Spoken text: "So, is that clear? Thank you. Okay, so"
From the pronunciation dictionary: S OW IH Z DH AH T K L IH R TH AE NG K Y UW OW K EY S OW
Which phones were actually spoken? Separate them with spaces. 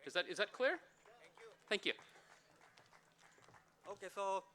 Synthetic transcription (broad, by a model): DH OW IH Z DH AH T K L IH R TH AE NG K Y UW OW K EY S OW